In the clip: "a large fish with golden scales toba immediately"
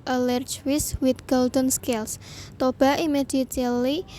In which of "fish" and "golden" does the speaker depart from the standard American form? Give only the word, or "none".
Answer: fish